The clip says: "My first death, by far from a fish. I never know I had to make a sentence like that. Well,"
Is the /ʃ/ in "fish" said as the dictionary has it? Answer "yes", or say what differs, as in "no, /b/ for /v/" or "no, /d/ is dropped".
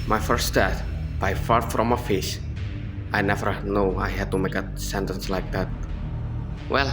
no, /s/ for /ʃ/